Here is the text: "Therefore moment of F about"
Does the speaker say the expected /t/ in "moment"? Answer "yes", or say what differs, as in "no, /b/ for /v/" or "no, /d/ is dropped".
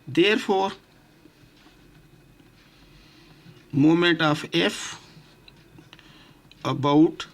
yes